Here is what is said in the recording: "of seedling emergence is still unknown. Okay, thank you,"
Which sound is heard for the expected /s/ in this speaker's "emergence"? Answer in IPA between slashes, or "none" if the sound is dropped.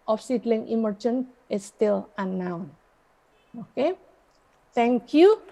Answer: none